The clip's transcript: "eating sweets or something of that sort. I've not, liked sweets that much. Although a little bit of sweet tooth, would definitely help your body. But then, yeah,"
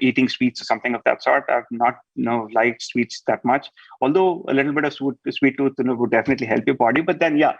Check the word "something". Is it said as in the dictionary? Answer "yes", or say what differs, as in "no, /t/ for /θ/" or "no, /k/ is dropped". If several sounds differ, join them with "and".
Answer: no, /t/ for /θ/